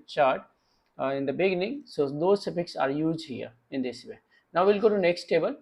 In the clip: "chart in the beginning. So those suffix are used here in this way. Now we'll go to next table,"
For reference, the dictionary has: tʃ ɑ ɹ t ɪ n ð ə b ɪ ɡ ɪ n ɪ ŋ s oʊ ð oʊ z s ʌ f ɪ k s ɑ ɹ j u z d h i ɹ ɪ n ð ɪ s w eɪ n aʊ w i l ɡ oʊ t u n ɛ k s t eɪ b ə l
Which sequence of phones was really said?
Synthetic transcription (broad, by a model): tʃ ɑ ɹ t ɪ n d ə b ɪ ɡ ɪ n ɪ ŋ s oʊ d oʊ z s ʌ p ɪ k s ɑ ɹ j u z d h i ɹ ɪ n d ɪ s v eɪ n aʊ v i l ɡ oʊ t u n ɛ k s t eɪ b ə l